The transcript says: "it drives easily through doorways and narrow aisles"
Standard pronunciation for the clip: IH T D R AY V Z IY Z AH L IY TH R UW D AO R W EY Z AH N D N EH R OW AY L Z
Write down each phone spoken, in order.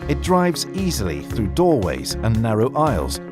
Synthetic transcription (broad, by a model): IH T D R AY V Z IY Z AH L IY TH R UW D AO R W EY Z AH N N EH R OW AY L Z